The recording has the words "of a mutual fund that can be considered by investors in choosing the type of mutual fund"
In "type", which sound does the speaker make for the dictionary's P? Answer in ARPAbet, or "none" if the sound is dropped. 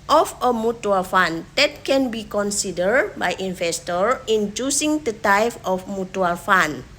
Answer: F